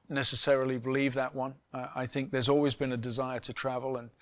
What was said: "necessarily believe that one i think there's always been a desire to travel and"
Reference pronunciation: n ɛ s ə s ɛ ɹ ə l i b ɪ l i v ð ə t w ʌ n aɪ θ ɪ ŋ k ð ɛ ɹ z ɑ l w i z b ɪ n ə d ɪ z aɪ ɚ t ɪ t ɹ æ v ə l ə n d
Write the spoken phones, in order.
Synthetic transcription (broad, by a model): n ɛ s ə s ɛ ɹ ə l i b ɪ l i v ð ə t w ʌ n aɪ θ ɪ ŋ k ð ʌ ɹ z ɑ l w i z b ɪ n ə d ɪ z aɪ ɚ t ɪ t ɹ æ v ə l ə n